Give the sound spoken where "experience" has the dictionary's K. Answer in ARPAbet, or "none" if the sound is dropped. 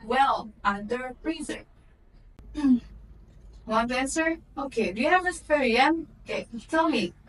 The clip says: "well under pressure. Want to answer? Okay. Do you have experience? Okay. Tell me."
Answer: none